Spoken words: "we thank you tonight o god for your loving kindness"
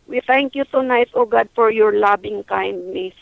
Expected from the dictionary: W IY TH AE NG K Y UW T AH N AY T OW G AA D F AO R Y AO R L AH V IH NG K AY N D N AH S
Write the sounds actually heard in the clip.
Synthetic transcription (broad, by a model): W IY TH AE NG K Y UW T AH N AY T OW G AA D F AO R Y AO R L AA B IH NG K AY N D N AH S